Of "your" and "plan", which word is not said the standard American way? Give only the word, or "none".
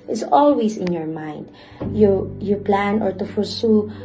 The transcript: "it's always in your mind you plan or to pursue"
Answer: none